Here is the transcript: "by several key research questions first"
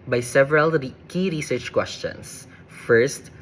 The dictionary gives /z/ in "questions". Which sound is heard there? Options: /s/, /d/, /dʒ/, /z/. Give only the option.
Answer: /s/